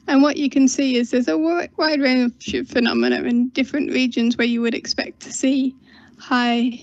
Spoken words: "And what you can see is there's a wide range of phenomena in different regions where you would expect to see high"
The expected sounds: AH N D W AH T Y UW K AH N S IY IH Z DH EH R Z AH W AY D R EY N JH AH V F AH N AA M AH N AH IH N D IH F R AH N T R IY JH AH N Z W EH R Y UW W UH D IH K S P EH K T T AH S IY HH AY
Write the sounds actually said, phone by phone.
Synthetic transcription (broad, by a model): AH N W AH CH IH K AH N S IY IH Z DH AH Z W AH W AY D R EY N SH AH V F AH N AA M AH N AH IH N D IH F R AH N T R IY JH AH N Z W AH R Y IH W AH D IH K S P EH K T T AH S IY HH AY